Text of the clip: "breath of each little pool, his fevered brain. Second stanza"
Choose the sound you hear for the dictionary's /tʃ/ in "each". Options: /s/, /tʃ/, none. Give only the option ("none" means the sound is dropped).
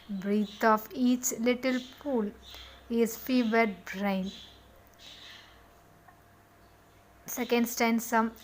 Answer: /tʃ/